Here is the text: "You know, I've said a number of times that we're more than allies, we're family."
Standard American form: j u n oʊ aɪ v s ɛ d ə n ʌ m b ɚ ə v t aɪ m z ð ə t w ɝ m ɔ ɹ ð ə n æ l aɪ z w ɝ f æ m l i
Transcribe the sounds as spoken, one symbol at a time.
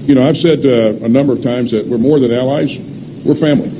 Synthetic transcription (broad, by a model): j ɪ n oʊ aɪ v s ɛ d ə n ʌ m b ɚ ə v t aɪ m z ð ə t w ɝ m ɔ ɹ ð ə n æ l aɪ z w ɝ f æ m l i